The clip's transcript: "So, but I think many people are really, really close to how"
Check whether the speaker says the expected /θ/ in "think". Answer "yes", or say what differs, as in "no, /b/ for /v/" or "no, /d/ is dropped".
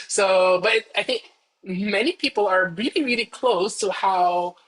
yes